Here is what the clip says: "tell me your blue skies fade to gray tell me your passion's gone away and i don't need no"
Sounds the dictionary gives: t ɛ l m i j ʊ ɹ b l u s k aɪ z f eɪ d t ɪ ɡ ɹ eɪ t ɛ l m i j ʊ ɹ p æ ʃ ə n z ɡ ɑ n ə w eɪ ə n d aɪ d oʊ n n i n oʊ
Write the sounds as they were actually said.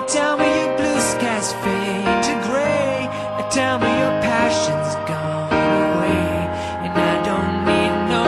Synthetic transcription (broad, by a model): t ɛ l m i j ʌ ɹ b l u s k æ s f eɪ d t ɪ ɡ ɹ eɪ t ɛ l m i j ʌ ɹ p æ ʃ ə n z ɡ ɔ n ə w eɪ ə n aɪ d oʊ n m i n oʊ